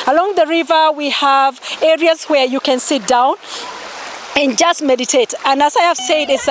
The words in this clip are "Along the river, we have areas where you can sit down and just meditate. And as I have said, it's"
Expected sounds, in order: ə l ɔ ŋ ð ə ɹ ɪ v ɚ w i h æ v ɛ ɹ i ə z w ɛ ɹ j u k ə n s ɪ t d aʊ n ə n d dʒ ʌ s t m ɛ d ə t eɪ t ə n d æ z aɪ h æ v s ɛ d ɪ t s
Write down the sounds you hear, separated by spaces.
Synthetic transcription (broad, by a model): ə l ɔ ŋ ð ə ɹ ɪ v ɚ w i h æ v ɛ ɹ i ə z w ɛ ɹ j u k ə n s ɪ t d aʊ n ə n dʒ ʌ s t m ɛ d ə t eɪ t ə n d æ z aɪ h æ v s ɛ d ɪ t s